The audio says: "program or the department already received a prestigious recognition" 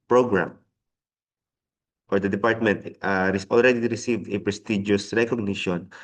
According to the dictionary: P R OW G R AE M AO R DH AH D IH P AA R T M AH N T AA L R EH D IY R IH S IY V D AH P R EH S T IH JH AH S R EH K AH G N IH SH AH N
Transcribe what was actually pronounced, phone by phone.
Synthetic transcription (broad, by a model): P R OW G R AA M AO R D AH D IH P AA R T M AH N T AA L R EH D IY R IH S IY V D AH P R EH S T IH JH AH S R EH K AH G N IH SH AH N